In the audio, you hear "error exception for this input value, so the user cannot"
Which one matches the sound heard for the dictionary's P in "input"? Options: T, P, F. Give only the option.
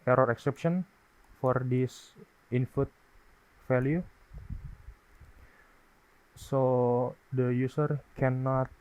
F